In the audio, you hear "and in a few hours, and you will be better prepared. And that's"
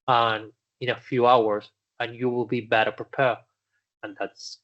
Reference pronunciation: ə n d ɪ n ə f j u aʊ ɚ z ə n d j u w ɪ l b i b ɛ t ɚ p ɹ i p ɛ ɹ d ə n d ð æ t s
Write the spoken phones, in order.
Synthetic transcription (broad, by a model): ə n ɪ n ə f j u aʊ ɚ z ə n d j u w ɪ l b i b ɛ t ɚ p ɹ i p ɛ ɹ ə n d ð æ t s